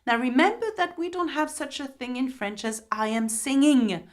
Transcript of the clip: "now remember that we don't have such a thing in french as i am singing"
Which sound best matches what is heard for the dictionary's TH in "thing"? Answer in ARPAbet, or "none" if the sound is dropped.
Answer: TH